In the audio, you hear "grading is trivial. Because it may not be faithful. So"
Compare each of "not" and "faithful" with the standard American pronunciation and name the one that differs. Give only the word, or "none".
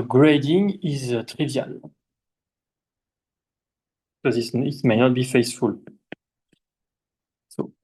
faithful